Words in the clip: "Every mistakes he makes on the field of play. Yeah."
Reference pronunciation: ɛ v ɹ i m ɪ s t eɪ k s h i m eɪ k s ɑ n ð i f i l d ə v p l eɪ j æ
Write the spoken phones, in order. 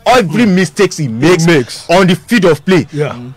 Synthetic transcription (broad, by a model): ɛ v ɹ i m ɪ s t eɪ k s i m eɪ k s ɑ n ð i f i d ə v p l eɪ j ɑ